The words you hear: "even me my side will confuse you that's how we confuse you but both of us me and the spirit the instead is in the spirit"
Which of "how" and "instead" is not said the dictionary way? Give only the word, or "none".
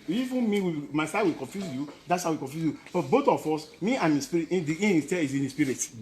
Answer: instead